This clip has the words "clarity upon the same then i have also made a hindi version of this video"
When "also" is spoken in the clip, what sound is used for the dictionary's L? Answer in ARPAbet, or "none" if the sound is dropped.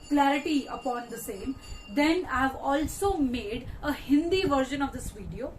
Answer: L